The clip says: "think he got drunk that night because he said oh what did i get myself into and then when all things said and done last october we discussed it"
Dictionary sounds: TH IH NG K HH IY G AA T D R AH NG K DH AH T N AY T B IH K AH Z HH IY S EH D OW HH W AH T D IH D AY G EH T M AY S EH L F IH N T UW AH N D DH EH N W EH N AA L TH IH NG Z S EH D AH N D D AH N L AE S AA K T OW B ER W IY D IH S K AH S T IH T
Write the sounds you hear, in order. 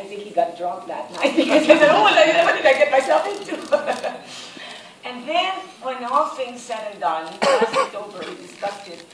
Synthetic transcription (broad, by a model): TH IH NG K HH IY G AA T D R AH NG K DH AH T N AY T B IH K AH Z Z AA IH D OW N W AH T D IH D AY G EH T M AY S EH L F IH N T UW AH N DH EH N W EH N AA L TH IH NG Z S EH D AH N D D AH N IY AA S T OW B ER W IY D IH S K AH S T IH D